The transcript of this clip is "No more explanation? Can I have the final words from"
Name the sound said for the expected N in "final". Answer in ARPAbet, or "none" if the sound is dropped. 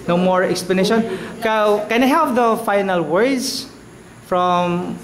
N